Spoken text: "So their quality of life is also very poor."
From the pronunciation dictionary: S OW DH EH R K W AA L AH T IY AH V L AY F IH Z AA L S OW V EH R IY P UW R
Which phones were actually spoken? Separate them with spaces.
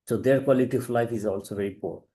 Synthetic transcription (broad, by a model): S OW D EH R K W AA L AH T IY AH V L AY F IH Z AA L S OW V EH R IY P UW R